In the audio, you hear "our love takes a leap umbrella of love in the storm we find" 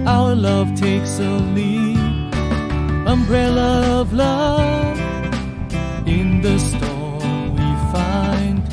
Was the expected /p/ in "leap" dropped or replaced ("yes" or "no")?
yes